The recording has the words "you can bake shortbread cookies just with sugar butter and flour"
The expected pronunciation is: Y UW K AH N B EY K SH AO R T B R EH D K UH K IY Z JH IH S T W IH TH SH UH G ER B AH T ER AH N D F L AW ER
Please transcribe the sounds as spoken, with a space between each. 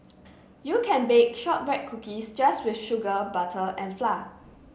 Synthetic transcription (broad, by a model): Y UW K AH N B EY K SH AO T R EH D K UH K IY S JH IH S T W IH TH SH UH G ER B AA T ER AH N F L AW